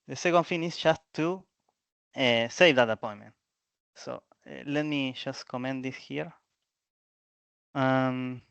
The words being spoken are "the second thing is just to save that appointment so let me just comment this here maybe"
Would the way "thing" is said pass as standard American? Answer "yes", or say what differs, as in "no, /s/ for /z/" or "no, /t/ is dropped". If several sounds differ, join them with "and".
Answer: no, /f/ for /θ/